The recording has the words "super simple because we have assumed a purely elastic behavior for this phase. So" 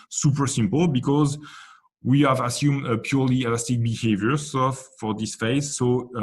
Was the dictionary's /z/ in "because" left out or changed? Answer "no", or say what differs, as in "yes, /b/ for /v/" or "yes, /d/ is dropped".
no